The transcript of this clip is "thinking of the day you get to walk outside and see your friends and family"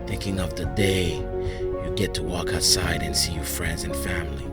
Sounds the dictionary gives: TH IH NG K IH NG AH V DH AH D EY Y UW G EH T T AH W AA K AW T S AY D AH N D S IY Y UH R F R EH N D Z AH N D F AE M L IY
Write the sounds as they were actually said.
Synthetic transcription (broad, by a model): TH IH NG K IH NG AH V DH AH D EY Y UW G EH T T AH W AA K AW T S AY D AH N S IY Y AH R F R EH N D Z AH N F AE M L IY